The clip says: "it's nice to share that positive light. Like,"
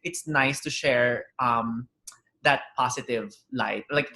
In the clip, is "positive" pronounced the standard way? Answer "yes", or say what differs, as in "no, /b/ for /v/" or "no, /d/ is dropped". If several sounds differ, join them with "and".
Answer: no, /s/ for /z/